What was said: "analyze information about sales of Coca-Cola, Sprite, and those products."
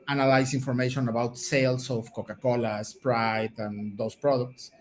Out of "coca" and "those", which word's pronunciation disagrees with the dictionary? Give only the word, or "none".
those